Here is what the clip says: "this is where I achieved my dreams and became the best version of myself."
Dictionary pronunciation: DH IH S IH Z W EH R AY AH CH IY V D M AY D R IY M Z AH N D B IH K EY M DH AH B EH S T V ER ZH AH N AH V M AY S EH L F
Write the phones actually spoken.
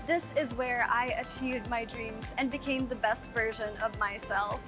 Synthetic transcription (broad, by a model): DH IH S IH Z W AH R AY AH CH IY V D M AY D R IY M Z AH N B IH K EY M DH AH B EH S T V ER ZH AH N AH V M AY S EH L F